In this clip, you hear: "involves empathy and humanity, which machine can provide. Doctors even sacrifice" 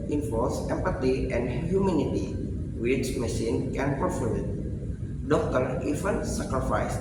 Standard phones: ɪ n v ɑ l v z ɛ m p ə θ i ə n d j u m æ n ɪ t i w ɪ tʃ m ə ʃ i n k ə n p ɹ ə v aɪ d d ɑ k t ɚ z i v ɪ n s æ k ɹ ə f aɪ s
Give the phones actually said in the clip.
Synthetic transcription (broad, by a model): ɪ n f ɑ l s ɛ m p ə t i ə n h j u m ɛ n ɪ t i w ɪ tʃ m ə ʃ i n k ə n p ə f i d d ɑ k t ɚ i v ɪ n s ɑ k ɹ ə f aɪ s